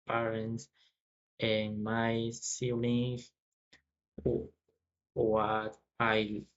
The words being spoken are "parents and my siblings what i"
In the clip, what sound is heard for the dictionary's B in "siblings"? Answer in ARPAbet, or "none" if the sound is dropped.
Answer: none